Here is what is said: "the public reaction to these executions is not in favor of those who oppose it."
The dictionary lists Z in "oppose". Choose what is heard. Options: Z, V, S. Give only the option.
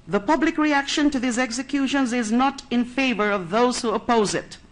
Z